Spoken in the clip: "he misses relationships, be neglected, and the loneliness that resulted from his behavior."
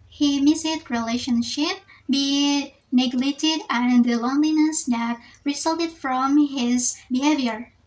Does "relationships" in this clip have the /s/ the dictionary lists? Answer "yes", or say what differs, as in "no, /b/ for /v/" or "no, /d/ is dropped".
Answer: no, /s/ is dropped